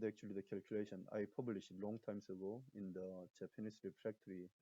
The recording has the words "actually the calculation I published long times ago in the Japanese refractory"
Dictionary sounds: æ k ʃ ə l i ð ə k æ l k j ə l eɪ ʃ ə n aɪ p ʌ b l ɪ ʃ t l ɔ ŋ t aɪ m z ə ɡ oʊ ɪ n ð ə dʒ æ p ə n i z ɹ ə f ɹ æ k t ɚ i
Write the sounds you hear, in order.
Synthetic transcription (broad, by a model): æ k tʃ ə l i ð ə k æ l k j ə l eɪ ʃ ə n aɪ p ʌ b l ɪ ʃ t l ɔ ŋ t aɪ m s ə ɡ oʊ ɪ n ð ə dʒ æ p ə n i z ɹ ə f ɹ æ k t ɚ i